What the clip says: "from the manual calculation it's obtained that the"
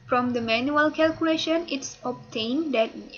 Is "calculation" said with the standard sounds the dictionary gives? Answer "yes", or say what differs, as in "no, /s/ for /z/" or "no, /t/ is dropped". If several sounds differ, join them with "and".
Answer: yes